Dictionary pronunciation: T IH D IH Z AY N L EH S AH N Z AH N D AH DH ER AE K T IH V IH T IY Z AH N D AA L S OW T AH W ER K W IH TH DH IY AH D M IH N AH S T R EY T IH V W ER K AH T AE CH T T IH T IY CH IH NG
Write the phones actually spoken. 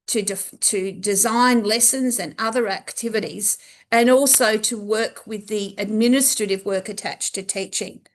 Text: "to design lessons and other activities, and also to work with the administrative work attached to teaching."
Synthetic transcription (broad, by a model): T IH D IH Z AY N L EH S AH N Z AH N AH DH ER AE K T IH V IH T IY Z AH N AA L S OW T AH W ER K W IH DH IY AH D M IH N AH S T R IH T IH V W ER K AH T AE CH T T IH T IY CH IH NG